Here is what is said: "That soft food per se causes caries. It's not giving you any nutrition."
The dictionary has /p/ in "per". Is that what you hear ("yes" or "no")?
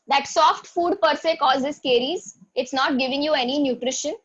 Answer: yes